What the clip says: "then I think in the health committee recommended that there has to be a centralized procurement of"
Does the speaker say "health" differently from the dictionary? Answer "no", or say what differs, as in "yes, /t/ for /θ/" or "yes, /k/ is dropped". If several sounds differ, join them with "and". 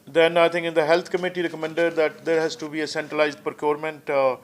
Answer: yes, /t/ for /θ/